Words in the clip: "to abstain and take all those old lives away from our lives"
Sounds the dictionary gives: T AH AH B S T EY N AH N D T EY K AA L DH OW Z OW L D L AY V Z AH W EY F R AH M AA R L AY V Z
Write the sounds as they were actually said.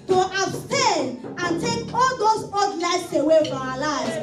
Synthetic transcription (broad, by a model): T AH AH B S T EY N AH N T EY K AA L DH OW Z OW D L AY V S AH W EY F R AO M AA L AY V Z